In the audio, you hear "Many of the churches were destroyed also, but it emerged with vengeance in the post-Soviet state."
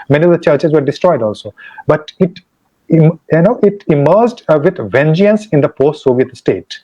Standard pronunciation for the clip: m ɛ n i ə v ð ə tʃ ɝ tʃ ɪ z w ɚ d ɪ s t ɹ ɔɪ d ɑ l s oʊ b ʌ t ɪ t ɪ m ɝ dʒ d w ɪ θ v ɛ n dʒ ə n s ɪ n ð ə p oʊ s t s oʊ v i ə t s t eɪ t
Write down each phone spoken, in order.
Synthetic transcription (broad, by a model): m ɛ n i ə v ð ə tʃ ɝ tʃ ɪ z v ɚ d ɪ s t ɹ ɔɪ d ɑ l s oʊ b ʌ t ɪ t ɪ m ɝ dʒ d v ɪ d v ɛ n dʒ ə n s ɪ n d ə p oʊ s t s oʊ v i ə t s t eɪ t